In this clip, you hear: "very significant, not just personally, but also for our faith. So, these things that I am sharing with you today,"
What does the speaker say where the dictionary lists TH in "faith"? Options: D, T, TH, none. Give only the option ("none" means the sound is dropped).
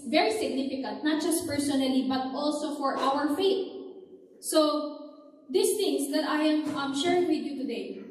T